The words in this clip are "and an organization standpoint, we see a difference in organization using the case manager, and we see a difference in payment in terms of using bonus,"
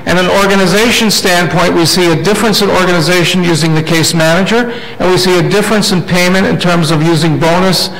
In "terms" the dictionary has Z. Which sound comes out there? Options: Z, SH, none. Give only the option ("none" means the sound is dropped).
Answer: Z